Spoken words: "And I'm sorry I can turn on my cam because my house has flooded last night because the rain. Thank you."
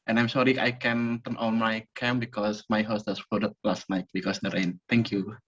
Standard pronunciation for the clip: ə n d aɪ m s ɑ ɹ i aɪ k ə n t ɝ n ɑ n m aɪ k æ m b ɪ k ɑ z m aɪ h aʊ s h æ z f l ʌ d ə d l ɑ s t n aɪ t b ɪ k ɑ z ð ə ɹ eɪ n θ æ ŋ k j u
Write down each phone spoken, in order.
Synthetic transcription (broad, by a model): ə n aɪ m s ɑ ɹ i aɪ k ə n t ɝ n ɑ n m aɪ k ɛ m b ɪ k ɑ s m aɪ h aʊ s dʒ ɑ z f ɔ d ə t l ɑ s t n aɪ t b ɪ k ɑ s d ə ɹ eɪ n t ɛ ŋ k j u